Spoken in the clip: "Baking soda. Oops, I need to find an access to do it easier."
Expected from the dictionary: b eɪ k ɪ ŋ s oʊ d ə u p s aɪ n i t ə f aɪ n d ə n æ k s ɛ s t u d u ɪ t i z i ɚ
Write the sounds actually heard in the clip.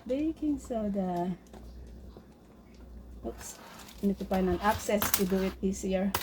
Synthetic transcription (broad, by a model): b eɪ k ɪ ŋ s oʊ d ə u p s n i t ə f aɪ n ə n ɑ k s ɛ s t u d u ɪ t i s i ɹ